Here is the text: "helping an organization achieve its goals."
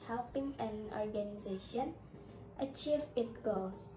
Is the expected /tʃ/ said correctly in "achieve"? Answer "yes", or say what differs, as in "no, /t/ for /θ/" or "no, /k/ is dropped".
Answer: yes